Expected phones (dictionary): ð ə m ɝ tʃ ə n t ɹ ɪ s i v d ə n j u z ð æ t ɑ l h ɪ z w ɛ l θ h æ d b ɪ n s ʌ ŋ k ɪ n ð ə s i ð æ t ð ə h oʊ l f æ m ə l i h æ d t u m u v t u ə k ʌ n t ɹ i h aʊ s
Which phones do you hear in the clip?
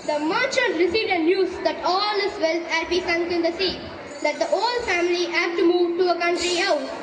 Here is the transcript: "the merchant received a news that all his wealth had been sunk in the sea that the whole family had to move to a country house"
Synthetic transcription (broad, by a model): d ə m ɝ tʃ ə t ɹ ɪ s i v d ə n j u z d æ t ɑ l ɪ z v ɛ l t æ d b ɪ s ʌ ŋ k ɪ n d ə s i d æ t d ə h oʊ l f æ m ə l i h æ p t u m u v t u ə k ʌ n t ɹ i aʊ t